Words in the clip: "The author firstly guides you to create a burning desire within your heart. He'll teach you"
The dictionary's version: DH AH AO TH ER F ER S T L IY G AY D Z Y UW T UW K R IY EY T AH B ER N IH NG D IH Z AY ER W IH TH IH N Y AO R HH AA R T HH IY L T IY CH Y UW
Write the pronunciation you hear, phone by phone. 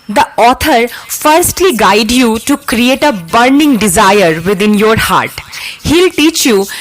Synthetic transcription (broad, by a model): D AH AO T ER F ER S T L IY G AY D Y UW T UW K R IY EY T AH B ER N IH NG D IH Z AY ER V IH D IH N Y AO R HH AA R T HH IY L T IY CH Y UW